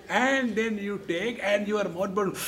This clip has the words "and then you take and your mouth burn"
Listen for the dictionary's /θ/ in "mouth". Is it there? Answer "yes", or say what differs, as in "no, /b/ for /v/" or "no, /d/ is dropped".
no, /t/ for /θ/